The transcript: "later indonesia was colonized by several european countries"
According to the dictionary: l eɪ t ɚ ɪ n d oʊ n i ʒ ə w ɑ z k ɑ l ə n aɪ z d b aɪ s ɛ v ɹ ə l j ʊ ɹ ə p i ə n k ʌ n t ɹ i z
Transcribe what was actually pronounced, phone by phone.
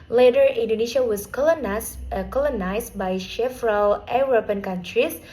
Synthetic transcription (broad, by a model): l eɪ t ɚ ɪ n d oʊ n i ʃ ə w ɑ s k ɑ l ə n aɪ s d b aɪ ʃ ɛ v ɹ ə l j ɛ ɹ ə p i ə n k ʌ n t ɹ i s